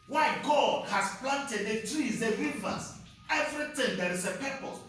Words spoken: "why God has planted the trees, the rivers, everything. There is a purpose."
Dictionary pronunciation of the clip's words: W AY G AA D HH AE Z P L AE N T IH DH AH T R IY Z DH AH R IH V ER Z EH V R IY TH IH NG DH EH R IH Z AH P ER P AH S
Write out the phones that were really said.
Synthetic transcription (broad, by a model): W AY G AA D HH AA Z P L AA N T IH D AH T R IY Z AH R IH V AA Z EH V R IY T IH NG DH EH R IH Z AH P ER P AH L